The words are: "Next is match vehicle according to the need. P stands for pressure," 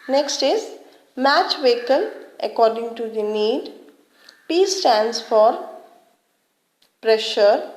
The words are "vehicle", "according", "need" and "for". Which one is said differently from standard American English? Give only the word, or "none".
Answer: vehicle